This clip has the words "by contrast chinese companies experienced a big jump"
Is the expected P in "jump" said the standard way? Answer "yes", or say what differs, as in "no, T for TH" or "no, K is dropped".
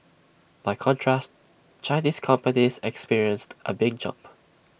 yes